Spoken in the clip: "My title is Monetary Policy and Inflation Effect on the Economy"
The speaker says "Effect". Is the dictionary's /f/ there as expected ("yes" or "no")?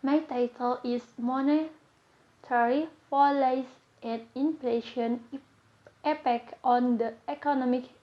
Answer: no